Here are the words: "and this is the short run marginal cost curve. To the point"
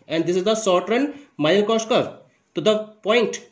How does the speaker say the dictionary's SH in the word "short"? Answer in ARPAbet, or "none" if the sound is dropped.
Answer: S